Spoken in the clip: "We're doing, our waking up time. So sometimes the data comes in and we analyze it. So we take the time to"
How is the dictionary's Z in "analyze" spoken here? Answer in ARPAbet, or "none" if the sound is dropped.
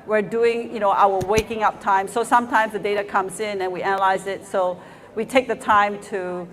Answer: Z